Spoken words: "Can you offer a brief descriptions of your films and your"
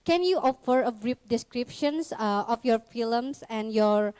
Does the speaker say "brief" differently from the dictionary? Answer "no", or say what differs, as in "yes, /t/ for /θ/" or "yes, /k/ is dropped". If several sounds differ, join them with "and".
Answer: yes, /p/ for /f/